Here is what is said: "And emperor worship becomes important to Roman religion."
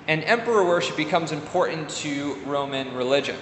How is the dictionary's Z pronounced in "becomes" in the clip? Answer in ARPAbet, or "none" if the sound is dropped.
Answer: Z